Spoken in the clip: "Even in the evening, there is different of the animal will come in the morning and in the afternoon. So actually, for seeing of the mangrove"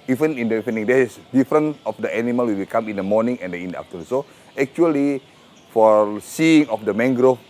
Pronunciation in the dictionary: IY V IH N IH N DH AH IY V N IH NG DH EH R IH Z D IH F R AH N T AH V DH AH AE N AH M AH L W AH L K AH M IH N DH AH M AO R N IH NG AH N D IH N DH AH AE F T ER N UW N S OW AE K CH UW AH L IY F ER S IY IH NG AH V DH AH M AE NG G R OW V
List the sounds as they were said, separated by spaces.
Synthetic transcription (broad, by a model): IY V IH N IH N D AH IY N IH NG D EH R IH S D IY F R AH N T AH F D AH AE N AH M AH L W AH W K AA M IH N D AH M AO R N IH NG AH N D IH N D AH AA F T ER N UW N S OW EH K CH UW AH L IY F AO S IY IH NG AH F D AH M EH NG G R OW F